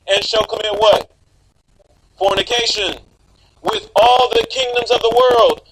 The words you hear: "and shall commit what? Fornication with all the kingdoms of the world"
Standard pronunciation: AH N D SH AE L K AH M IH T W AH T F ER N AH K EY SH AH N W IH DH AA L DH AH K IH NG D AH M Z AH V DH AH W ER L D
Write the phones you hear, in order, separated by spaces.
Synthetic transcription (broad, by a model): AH N SH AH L K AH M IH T W AH T F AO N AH K EY SH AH N W IH DH AA L DH AH K IH NG D AH M Z AH V DH AH W ER L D